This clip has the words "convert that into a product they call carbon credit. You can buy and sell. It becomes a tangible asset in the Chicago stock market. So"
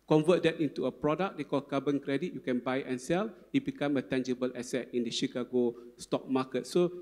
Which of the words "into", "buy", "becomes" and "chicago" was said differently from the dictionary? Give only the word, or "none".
becomes